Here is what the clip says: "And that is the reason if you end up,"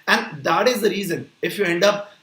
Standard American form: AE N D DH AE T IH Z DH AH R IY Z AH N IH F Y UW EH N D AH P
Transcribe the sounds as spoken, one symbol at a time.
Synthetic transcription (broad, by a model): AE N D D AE T IH Z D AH R IY Z AH N IH F Y UW EH N D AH P